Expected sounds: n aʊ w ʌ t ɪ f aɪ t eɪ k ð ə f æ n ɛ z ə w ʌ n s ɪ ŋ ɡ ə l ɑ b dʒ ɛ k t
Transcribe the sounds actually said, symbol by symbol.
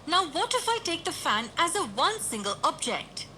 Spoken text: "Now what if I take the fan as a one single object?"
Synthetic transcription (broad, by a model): n aʊ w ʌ t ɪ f aɪ t eɪ k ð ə f æ n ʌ z ə w ʌ n s ɪ ŋ ɡ ə l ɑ b dʒ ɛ k t